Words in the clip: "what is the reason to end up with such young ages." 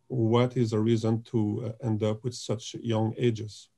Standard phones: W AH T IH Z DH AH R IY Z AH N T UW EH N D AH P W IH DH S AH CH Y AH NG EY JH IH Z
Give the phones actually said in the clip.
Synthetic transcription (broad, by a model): W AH T IH Z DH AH R IY Z AH N T UW EH N D AH P W IH DH S AH CH Y AH NG EY JH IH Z